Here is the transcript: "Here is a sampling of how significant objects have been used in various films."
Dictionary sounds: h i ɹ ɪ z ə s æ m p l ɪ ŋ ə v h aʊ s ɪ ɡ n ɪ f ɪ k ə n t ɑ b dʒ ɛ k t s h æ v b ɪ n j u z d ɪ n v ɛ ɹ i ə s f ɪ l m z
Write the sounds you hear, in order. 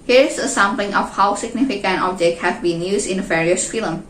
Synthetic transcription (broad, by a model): h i ɹ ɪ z ə s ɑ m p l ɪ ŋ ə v h aʊ s ɪ ɡ n ɪ f ɪ k ə n t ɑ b dʒ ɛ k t h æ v b ɪ n j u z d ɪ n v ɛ ɹ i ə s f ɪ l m